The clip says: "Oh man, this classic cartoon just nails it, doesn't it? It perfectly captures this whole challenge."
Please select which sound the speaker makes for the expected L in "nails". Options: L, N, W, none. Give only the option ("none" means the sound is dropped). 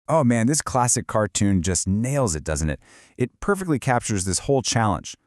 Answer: L